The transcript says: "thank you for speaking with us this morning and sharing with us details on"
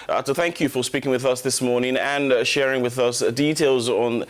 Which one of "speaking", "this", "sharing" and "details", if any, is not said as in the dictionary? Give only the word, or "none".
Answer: none